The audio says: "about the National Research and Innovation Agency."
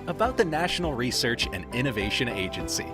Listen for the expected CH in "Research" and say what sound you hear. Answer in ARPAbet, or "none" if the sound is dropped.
CH